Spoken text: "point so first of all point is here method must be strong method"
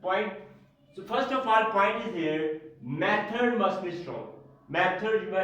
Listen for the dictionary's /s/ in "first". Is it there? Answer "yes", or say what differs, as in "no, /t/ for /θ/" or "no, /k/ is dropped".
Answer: yes